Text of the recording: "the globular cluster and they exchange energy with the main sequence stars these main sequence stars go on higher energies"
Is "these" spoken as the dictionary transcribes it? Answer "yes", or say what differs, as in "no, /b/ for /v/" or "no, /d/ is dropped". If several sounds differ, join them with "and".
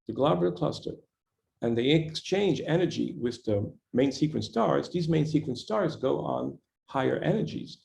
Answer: yes